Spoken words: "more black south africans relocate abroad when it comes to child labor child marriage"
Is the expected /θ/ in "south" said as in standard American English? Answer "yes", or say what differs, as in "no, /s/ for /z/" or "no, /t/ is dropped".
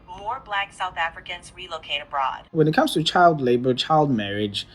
yes